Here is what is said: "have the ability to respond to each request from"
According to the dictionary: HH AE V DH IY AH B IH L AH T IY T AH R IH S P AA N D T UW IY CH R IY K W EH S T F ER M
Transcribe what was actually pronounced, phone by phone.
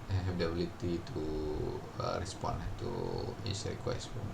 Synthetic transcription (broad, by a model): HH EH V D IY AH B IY L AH T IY T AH R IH S P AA N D T UW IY S R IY K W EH S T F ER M